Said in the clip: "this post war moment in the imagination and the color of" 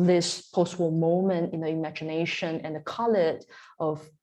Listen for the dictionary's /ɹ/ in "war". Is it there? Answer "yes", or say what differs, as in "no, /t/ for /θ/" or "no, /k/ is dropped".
no, /l/ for /ɹ/